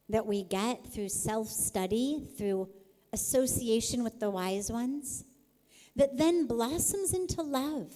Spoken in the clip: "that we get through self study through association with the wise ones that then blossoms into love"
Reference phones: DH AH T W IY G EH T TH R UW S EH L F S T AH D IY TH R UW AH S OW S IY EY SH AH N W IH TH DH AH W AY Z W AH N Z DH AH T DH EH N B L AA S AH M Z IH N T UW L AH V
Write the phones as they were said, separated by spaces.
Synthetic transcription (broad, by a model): DH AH T W IY G EH T TH R UW S EH L F S T AH D IY TH R UW AH S OW S IY EY SH AH N W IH DH AH W AY Z W AH N Z DH AH T DH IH N B L AA S AH M Z IH N T UW L AH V